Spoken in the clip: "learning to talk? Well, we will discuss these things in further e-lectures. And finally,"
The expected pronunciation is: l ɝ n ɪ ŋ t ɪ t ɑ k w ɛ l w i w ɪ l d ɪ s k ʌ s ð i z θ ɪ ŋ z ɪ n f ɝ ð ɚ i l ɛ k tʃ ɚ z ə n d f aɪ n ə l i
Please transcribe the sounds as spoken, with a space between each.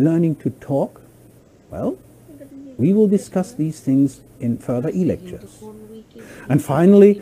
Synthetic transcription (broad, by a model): l ɝ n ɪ ŋ t ɪ t ɑ k w ɛ l w i w ɪ l d ɪ s k ʌ s ð i z θ ɪ ŋ z ɪ n f ɝ ð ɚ i l ɛ k tʃ ɚ z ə n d f aɪ n l i